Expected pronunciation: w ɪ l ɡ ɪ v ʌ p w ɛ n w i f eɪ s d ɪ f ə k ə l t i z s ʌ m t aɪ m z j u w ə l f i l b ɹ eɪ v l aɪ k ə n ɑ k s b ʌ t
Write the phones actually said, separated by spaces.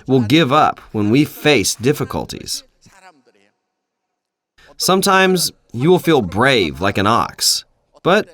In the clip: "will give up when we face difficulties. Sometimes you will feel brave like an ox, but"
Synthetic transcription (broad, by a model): w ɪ l ɡ ɪ v ʌ p w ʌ n w i f eɪ s d ɪ f ə k ə l t i z s ʌ m t aɪ m z j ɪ w ə l f i l b ɹ eɪ v l aɪ k ə n ɑ k s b ʌ t